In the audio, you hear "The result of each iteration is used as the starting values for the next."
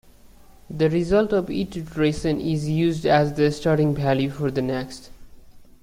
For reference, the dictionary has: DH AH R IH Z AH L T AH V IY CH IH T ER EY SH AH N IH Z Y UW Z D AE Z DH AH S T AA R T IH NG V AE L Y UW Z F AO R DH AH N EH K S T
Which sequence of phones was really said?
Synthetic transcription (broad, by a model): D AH R IH Z AH L T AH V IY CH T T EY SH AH N IH Z Y UW Z D AE Z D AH S T AA R T IH NG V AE L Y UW F AO R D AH N EH K S T